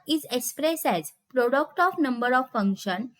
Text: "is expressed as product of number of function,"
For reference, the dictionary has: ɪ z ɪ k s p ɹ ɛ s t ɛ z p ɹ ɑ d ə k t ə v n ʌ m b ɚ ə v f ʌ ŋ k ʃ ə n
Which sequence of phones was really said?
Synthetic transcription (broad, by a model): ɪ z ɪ k s p ɹ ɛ s ɛ z p ɹ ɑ d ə k t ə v n ʌ m b ɚ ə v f ʌ ŋ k ʃ ə n